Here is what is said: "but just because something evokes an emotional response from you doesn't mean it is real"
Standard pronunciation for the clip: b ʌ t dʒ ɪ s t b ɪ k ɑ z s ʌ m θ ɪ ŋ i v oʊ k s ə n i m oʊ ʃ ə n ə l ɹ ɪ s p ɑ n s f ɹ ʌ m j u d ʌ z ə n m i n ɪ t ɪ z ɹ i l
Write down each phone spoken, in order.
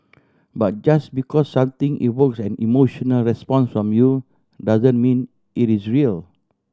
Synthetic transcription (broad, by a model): b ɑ t dʒ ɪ s b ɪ k ɑ s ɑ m t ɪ ŋ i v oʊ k s ə n i m oʊ ʃ ə n ə l ɹ ɪ s p ɑ n s f ɹ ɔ m j u d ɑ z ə n m i n ɪ t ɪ s ɹ i l